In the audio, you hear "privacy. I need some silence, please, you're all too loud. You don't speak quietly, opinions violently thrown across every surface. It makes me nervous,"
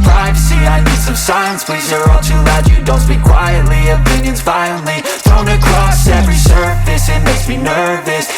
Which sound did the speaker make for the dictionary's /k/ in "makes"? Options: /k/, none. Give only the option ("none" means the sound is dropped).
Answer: none